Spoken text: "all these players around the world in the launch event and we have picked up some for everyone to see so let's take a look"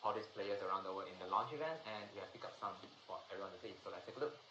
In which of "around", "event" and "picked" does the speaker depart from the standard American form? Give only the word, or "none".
picked